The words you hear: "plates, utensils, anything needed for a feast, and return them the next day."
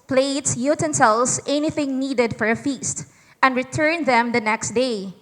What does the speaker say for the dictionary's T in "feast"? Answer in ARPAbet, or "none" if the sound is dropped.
T